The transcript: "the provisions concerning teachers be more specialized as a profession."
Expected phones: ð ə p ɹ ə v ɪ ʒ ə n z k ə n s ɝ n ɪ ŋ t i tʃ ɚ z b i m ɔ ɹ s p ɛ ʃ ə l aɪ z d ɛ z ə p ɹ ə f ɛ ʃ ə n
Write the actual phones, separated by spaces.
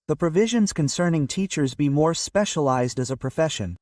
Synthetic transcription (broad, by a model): ð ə p ɹ ə v ɪ ʒ ə n z k ə n s ɝ n ɪ ŋ t i tʃ ɚ z b i m ɔ ɹ s p ɛ ʃ ə l aɪ z d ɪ z ə p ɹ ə f ɛ ʃ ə n